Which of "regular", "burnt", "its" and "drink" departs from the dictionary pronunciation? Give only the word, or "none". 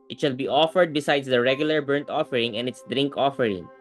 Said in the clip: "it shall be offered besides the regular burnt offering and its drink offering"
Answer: none